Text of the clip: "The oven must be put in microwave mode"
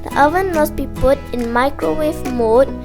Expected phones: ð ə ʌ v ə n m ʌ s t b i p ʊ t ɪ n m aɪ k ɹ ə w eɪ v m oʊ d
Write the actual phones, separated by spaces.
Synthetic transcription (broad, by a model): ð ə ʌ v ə n m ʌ s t b i p ʊ t ɪ n m aɪ k ɹ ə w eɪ f m oʊ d